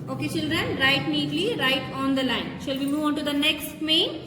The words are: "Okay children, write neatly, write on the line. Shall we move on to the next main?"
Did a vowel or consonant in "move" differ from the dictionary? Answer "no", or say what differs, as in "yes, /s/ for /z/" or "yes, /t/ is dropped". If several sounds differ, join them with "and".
no